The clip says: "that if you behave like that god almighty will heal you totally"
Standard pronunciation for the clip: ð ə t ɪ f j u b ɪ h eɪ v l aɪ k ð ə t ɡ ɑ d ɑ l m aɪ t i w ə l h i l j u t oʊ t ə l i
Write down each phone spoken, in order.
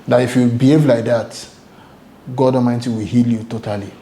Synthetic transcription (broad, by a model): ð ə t ɪ f j u b ɪ h eɪ v l aɪ k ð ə t ɡ ɑ d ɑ m aɪ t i w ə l h i l j u t oʊ t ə l i